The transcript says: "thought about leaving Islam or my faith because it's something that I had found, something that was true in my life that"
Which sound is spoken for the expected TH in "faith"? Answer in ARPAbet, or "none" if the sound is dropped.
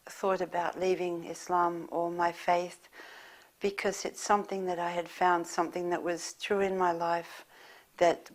TH